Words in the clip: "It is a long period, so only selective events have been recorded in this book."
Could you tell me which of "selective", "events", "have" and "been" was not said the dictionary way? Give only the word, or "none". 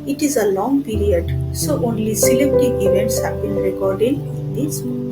selective